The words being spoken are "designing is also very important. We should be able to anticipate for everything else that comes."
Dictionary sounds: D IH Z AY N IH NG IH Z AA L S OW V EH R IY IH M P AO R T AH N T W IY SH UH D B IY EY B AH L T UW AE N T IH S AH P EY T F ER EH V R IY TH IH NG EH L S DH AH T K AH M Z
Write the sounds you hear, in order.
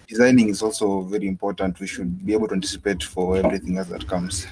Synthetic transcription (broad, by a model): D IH Z AY N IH NG IH Z AA L S OW V EH R IY IH M P AO R T AH N T W IY SH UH D B IY EY B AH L T UW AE N T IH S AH P EY T F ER EH V R IY TH IH NG EH L S DH AH T K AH M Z